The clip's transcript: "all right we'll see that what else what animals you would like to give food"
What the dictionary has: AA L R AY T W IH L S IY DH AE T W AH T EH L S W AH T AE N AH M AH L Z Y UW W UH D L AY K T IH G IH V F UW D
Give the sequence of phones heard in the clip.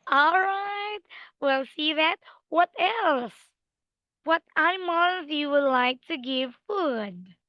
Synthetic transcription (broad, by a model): AA L R AY T W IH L S IY DH AE T W AH T EH L S W AH T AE AH M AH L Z Y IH W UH D L AY K T IH G IH V F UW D